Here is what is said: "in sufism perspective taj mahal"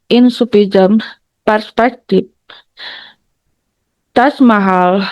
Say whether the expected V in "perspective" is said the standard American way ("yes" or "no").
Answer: no